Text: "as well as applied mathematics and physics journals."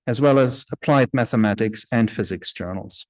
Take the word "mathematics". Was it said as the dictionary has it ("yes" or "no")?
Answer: yes